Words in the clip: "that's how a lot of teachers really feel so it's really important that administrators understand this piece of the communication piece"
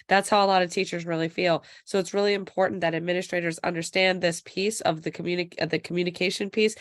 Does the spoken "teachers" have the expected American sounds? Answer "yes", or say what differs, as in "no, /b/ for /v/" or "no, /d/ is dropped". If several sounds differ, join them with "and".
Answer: yes